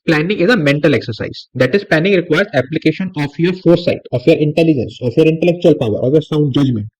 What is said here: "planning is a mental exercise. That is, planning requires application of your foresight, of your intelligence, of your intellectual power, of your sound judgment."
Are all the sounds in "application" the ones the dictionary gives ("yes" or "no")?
yes